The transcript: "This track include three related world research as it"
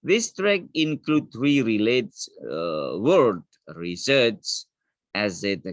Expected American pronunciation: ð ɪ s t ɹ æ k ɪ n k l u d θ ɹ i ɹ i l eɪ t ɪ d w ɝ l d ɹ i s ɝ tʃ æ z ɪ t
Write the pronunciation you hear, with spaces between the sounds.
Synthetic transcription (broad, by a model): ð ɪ s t ɹ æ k ɪ n k l u d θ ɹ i ɹ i l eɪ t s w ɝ d ɹ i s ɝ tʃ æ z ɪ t